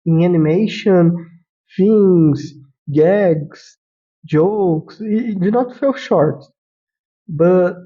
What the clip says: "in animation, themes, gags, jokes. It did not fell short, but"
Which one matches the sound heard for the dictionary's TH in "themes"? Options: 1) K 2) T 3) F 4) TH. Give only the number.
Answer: 3